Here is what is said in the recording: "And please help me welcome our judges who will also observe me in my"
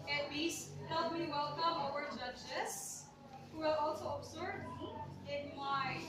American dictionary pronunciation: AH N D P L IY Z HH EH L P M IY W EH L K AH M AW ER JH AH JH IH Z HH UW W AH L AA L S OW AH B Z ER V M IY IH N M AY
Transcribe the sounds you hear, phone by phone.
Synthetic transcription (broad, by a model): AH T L IY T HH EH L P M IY W EH L K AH M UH ER JH AH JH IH S HH UW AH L AA L S OW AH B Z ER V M IH N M AY